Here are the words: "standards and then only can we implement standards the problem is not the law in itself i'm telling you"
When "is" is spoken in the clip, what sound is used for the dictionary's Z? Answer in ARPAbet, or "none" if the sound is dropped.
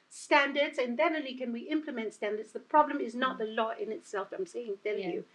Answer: Z